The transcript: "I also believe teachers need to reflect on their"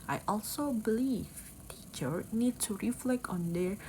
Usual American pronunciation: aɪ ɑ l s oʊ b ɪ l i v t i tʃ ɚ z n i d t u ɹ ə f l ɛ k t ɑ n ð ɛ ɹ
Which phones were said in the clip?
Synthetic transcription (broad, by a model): aɪ ɑ l s oʊ b ɪ l i v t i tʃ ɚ n i d t u ɹ ə f l ɛ k t ɑ n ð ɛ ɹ